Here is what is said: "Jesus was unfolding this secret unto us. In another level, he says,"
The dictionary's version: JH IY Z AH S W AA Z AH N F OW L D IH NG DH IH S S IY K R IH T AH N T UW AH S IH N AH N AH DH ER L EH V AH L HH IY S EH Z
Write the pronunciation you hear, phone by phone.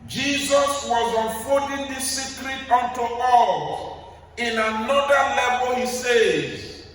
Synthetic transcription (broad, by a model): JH IY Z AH S W AA Z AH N F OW N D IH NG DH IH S S IY K R IH T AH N T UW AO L IH N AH N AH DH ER L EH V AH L HH IY S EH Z